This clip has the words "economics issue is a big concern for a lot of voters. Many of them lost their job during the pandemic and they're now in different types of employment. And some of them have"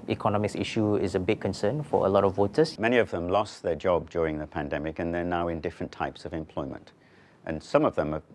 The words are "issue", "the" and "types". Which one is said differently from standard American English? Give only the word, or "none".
none